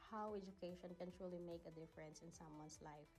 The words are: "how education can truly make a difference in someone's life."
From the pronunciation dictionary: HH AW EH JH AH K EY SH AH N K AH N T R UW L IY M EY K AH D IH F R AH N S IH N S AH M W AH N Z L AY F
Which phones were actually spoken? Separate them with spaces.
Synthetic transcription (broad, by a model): HH AW EH JH AH K EY SH AH N K AH N T R UW L IY M EY K AH D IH F R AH N S IH N S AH M W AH N S L AY F